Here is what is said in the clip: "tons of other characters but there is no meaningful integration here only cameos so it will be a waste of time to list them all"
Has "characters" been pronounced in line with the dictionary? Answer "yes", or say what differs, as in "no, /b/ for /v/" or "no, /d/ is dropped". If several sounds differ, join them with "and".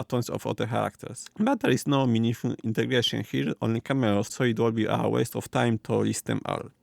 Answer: no, /s/ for /z/